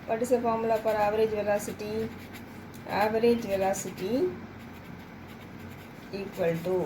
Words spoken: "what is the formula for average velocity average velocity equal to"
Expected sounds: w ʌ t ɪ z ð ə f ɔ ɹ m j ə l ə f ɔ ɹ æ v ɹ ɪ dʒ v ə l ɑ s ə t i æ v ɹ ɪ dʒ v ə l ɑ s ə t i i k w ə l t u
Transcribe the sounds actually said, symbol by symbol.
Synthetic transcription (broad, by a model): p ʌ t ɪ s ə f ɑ m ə l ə p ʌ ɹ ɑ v ɹ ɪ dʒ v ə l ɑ s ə t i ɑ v ɹ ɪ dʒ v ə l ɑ s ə t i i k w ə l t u